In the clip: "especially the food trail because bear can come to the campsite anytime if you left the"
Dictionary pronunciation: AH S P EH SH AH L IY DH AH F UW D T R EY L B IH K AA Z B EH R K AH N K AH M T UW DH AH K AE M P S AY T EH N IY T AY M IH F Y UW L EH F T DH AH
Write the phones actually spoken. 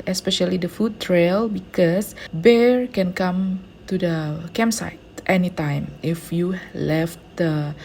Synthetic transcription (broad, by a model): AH S P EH SH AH L IY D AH F UW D T R EY L B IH K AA S B EH R K AH N K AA M T UW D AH K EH M S AY T EH N IY T AY M IH F Y UW L EH F T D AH